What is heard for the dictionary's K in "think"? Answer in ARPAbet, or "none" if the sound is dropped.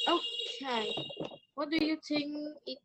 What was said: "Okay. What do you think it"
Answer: none